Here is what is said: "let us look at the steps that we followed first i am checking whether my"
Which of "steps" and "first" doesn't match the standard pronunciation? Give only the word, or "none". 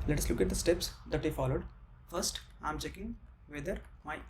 none